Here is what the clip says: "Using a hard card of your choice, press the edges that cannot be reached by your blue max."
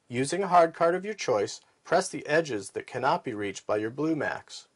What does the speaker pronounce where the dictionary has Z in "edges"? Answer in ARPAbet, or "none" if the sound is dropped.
Z